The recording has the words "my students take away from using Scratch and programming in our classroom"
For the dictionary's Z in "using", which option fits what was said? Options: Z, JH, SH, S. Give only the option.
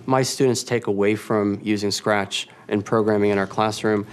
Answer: Z